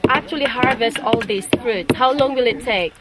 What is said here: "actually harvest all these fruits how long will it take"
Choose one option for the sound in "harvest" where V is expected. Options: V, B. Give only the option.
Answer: V